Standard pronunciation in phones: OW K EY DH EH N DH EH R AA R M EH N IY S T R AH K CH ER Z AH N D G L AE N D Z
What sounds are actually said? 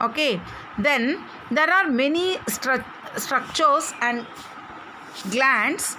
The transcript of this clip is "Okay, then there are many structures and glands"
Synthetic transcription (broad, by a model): OW K EY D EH N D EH R AA R M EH N IY S T R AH K CH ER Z AH N D G L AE N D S